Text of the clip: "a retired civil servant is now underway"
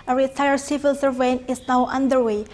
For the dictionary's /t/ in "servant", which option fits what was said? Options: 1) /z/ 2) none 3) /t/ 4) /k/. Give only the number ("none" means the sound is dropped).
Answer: 2